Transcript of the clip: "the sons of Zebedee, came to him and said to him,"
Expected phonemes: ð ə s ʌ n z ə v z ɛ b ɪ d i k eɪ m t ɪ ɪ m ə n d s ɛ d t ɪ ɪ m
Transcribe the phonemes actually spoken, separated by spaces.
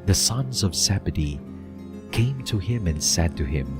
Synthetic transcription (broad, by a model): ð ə s ʌ n z ə v s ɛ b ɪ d i k eɪ m t ɪ ɪ m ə n s ɛ d t ɪ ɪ m